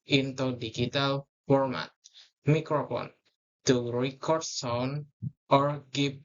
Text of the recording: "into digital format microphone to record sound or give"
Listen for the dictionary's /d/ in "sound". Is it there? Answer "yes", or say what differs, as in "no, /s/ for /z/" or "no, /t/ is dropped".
no, /d/ is dropped